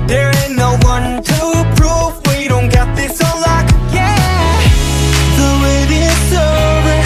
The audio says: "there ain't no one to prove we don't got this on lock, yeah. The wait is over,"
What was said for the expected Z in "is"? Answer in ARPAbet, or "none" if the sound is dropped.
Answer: S